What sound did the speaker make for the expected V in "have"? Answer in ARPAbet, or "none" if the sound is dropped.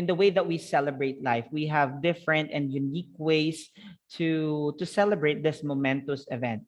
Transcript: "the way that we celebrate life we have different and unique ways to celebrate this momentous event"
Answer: V